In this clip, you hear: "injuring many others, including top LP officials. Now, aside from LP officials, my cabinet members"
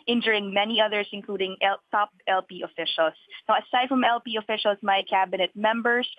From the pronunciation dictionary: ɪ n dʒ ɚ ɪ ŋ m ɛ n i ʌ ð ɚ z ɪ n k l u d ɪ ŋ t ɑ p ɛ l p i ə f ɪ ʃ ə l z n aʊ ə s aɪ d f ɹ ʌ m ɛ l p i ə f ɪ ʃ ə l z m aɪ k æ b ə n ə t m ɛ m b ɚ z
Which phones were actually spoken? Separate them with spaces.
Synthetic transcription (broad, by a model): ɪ n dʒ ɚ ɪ ŋ m ɛ n i ʌ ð ɚ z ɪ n k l u d ɪ ŋ t ɑ p ɛ l p i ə f ɪ ʃ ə l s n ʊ ə s aɪ d f ɹ ʌ m ɛ l p i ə f ɪ ʃ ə l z m aɪ k æ b ə n ə t m ɛ m b ɚ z